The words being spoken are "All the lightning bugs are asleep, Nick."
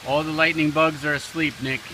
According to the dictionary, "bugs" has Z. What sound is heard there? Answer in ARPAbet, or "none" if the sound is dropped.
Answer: Z